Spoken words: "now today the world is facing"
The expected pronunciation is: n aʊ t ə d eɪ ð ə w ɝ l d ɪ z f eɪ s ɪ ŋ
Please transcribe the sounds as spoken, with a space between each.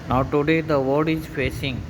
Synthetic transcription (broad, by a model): n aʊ t ə d eɪ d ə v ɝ d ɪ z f eɪ s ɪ ŋ